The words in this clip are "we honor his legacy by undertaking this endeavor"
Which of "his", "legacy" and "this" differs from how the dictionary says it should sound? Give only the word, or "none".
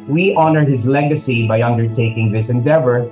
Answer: none